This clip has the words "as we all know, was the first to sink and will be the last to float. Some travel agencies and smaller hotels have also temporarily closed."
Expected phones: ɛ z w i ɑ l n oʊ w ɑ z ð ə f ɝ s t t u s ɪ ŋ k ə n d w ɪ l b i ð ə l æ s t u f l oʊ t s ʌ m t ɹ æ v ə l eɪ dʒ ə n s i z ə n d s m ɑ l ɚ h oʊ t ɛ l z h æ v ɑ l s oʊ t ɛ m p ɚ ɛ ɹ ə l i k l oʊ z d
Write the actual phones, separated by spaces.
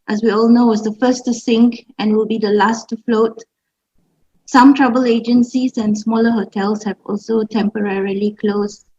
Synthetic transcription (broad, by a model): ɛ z w i ɑ l n oʊ w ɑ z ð ə f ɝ s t t u s ɪ ŋ k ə n w ɪ l b i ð ə l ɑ s t u f l oʊ t s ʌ m t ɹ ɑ b ə l eɪ dʒ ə n s i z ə n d s m ɑ l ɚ h oʊ t ɛ l s h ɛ v ɑ l s oʊ t ɛ m p ɚ ɛ ɹ ə l i k l oʊ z